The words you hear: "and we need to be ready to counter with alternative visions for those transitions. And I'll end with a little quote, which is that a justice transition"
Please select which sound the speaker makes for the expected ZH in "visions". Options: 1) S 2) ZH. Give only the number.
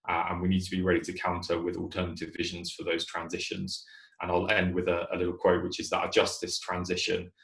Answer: 2